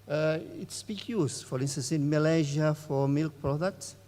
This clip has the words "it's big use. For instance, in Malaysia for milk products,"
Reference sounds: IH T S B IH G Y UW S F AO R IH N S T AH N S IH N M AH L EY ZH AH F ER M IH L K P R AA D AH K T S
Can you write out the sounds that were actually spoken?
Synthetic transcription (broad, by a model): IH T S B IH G Y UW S F AO R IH N S T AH N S IH N M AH L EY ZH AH F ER M IH L K P R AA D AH K T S